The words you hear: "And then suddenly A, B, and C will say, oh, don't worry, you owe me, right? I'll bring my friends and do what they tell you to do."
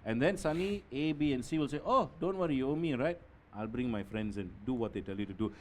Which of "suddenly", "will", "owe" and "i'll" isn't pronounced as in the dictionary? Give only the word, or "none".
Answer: suddenly